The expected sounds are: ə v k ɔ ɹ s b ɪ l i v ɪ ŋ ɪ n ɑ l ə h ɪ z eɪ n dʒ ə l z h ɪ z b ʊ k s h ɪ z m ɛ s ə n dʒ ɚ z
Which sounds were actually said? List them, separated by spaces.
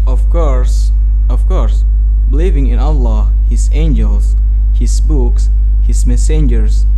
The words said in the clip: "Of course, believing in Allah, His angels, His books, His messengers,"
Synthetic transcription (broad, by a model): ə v k ɔ ɹ s b ɪ l i v ɪ ŋ ɪ n ɑ l ə h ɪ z eɪ n dʒ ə l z h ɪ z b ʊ k s h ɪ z m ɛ s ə n dʒ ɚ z